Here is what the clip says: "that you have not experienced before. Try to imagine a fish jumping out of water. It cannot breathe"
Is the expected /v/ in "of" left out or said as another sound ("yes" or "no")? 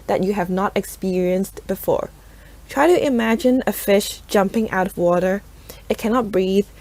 no